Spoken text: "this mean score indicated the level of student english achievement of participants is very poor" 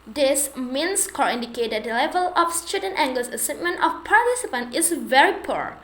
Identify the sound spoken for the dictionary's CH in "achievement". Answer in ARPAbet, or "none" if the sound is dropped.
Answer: S